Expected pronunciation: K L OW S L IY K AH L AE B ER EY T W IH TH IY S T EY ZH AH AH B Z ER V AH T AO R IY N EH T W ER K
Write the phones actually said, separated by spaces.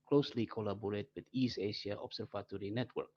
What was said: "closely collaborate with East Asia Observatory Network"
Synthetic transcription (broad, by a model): K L OW S L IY K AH L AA B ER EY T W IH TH IY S EY SH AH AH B S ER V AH T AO R IY N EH T W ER K